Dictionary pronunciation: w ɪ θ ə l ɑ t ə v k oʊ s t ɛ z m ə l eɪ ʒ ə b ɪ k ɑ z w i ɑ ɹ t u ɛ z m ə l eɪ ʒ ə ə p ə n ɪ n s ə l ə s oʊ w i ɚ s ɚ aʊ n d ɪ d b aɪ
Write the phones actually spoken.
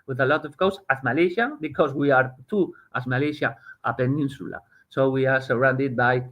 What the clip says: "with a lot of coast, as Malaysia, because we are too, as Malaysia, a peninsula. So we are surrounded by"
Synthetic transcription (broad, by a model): w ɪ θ ə l ɑ t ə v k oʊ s ɑ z m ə l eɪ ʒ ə b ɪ k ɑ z w i ɑ ɹ t u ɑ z m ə l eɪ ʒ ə ə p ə n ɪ n s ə l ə s oʊ w i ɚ s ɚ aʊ n d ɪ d b aɪ